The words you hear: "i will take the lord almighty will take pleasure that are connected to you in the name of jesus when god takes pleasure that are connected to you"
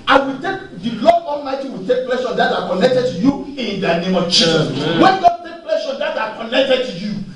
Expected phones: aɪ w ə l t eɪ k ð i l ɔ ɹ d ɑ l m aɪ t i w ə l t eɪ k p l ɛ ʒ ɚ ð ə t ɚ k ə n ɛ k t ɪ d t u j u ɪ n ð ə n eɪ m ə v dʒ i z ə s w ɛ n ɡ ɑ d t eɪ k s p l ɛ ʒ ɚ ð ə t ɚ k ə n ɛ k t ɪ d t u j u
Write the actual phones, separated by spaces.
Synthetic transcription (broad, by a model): aɪ w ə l t eɪ k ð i l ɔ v ɑ l m aɪ t i w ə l t eɪ k p l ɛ ʃ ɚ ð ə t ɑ k ə n ɛ k t ɪ d t u j u ɪ n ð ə n eɪ m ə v tʃ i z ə w ɛ n ɡ ɑ d t eɪ k p l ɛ ʃ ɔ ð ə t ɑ k ə n ɛ k t ɪ d t u j u